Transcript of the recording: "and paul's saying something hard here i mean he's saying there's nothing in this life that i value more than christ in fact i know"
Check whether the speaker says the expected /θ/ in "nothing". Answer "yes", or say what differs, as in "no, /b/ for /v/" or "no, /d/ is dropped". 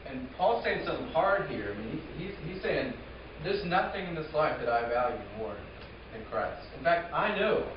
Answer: yes